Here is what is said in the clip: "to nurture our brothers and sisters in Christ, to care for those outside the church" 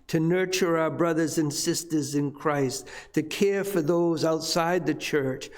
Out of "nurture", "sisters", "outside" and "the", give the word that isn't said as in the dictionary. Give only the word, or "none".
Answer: none